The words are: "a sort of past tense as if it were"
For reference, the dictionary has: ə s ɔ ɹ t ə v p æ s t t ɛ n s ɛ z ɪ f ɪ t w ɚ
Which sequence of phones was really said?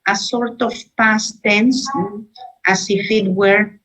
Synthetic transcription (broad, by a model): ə s ɔ ɹ t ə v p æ s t t ɛ n s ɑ s ɪ f ɪ t w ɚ